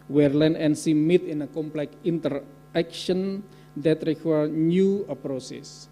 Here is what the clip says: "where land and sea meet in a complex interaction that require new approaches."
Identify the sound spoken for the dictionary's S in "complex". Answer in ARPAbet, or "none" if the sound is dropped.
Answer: none